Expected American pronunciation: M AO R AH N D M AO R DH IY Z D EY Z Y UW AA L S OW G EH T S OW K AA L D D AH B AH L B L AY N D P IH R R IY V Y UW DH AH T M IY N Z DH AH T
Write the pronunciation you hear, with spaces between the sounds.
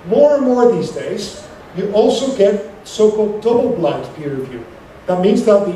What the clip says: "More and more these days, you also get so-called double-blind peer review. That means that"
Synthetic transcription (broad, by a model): M AO R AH N M AO R DH IY Z D EY Z Y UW AA L S OW G EH T S OW K AA L D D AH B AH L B L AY D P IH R R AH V Y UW DH AH T M IY N Z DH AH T